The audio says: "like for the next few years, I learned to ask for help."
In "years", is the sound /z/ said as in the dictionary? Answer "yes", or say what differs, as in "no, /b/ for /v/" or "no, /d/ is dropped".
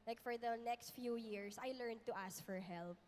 no, /s/ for /z/